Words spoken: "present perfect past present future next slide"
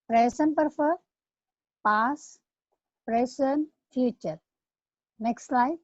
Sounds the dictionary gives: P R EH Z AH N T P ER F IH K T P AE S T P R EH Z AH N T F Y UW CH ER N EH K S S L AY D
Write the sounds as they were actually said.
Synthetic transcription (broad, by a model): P R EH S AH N P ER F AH T P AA S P R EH S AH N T F Y UW CH ER N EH K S S L AY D